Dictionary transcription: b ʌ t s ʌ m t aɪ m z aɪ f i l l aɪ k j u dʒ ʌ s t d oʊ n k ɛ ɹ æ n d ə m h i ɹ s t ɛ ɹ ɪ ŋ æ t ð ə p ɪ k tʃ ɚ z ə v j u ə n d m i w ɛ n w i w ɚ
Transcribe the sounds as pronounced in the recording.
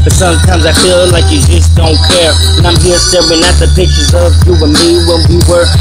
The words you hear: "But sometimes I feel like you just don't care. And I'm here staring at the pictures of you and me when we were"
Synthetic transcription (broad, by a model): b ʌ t s ʌ m t aɪ m z aɪ f i l l aɪ k j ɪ dʒ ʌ s d oʊ n k ɛ ɹ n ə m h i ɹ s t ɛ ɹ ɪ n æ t ð ə p ɪ k tʃ ɚ z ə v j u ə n m i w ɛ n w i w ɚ